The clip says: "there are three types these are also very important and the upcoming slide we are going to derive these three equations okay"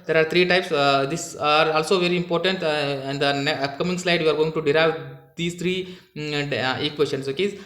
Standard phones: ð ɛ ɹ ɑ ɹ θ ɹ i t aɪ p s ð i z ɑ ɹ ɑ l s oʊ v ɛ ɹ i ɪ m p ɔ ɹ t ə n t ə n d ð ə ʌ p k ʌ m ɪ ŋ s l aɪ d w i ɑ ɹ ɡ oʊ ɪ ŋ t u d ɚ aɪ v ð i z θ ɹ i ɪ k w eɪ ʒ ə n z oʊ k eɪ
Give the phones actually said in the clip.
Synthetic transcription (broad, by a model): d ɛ ɹ ɑ ɹ t ɹ i t aɪ p s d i s ɑ ɹ ɑ l s oʊ v ɛ ɹ i ɪ m p ɔ ɹ t ə n t ə n d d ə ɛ k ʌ m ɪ ŋ s l aɪ d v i ɑ ɹ ɡ oʊ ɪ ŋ t u d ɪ aɪ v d i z t ɹ i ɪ k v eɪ s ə n s oʊ k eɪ